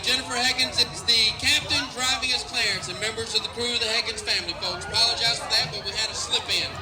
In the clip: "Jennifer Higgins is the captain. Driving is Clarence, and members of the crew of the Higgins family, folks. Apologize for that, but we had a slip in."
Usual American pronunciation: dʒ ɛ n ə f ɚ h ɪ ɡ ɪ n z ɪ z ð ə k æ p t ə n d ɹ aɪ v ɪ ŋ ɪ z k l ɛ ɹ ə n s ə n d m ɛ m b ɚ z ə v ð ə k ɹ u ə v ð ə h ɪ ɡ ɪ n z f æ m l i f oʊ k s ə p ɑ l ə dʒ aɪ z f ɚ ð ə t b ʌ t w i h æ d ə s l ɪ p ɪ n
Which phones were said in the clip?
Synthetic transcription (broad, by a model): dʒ ɛ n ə f ɚ h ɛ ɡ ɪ n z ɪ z ð ə k æ p t ə n d ɹ aɪ v ɪ ŋ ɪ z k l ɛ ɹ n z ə n m ɛ m b ɚ z ə v ð ə k ɹ u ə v ð ə h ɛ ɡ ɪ n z f æ m l i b oʊ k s ə p ɑ l ə dʒ aɪ z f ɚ ð ə t b ʌ t w i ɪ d ə s l ɪ p ɪ n